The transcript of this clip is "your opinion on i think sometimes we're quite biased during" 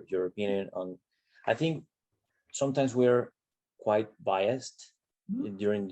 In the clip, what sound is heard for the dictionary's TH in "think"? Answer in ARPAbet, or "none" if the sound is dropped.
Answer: TH